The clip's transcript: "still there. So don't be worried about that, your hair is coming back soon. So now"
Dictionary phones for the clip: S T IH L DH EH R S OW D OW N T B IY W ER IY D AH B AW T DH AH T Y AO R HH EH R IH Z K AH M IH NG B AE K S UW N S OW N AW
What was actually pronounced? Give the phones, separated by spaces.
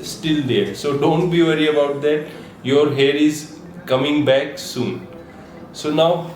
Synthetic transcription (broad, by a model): S T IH L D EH R S OW D OW N T B IY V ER IY AH B AW T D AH T Y AO R HH EH R IH Z K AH M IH NG B AE K S UW N S OW N AW